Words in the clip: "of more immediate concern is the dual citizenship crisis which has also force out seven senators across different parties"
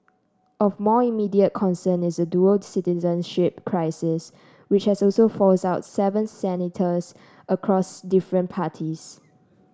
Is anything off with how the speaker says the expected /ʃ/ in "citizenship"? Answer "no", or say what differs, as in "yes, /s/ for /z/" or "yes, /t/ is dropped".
no